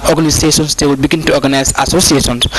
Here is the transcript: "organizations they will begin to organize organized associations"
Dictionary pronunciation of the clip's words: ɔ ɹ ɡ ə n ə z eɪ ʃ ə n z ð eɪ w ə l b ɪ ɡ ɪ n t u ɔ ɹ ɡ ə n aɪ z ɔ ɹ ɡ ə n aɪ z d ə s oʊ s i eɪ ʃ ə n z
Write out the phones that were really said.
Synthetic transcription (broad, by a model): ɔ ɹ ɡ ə n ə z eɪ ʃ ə n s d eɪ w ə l b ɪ ɡ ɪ n t u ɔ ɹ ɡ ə n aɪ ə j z ə s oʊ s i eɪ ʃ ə n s